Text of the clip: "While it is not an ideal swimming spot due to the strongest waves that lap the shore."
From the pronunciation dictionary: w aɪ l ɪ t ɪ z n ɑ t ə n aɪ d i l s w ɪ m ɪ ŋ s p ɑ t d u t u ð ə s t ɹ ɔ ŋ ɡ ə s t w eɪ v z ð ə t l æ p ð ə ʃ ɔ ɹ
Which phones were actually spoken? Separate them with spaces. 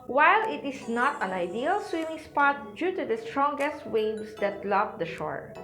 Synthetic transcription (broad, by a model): w aɪ l ɪ t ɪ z n ɑ t ə n aɪ d i l s w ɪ m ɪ ŋ s p ɑ t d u t u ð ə s t ɹ ɔ ŋ ɡ ə s t w eɪ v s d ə t l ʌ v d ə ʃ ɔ ɹ